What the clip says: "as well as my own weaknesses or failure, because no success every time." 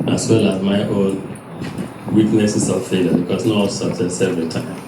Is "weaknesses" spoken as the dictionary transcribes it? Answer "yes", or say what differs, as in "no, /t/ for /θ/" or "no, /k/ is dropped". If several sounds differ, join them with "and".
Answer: no, /s/ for /z/